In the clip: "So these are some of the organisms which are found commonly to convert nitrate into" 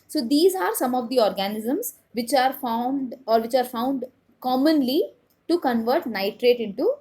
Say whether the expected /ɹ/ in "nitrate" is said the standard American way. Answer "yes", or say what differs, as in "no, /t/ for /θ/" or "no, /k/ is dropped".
yes